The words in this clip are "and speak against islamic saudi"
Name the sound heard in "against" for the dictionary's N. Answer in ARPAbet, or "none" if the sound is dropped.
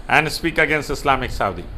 N